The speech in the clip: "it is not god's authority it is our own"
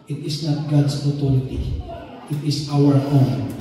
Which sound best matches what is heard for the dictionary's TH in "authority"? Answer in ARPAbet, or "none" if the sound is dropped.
T